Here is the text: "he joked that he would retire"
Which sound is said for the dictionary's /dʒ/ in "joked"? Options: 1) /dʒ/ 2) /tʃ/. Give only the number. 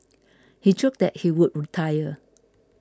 2